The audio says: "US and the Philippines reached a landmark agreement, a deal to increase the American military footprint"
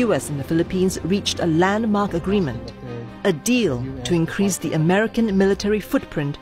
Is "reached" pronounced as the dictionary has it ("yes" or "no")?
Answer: yes